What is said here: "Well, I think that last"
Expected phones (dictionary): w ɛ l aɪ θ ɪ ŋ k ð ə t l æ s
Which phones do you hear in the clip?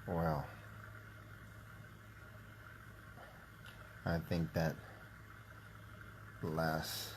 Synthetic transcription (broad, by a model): w ɛ l aɪ θ ɪ ŋ k ð ə t l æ s